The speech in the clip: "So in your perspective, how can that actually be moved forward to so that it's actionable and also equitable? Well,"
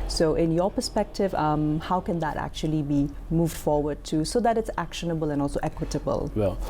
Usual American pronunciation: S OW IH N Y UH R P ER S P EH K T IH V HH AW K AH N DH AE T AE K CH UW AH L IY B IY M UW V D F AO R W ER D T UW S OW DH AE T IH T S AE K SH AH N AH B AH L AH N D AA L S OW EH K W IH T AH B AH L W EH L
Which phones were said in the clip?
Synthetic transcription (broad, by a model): S OW IH N Y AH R P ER S P EH K T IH V HH AW K AH N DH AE T AE K CH UW AH L IY B IY M UW V D F AO R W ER D T UW S OW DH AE T IH T S AE K SH AH N AH B AH L AH N D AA L S OW EH K W IH T AH B AH L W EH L